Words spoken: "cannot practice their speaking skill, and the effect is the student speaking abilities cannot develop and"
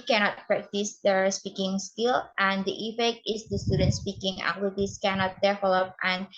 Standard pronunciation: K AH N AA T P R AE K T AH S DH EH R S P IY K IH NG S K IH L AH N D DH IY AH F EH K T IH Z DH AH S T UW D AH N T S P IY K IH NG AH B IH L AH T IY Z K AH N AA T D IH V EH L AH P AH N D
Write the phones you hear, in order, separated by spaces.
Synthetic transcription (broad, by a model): K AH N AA T P R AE K T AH S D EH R S P IY K IH NG S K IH L AH N D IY AH F EH K T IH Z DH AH S T UW D AH N T S P IY K IH NG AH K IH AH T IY S K AH N AA T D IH F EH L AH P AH N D